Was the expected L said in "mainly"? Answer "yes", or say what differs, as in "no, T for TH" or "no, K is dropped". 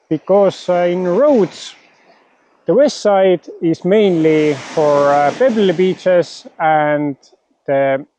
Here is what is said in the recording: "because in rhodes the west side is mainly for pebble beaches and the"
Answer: yes